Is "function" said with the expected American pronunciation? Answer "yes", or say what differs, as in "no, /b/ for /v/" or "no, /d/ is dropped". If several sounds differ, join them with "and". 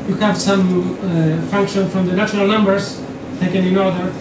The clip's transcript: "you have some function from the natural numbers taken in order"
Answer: yes